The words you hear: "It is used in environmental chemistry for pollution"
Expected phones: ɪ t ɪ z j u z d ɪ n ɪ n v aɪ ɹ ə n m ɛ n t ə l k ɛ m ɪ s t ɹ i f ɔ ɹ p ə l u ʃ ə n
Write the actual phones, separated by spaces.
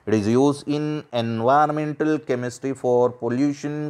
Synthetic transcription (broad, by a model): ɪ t ɪ z j u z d ɪ n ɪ n v aɪ ə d m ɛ n t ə l k ɛ m ɪ s t ɹ i f ɔ ɹ p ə l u ʃ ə n